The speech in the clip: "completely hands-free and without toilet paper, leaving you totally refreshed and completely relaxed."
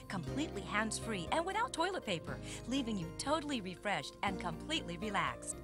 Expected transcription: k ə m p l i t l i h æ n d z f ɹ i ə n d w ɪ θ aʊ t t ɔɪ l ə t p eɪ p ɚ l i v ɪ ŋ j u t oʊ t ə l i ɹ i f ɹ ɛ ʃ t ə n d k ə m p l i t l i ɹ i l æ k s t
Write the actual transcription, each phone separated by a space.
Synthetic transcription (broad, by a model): k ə m p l i t l i h æ n d z f ɹ i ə n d w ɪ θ aʊ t t ɔɪ l ə t p eɪ p ɚ l i v ɪ ŋ j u t oʊ t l i ɹ i f ɹ ɛ ʃ t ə n k ə m p l i t l i ɹ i l æ k s t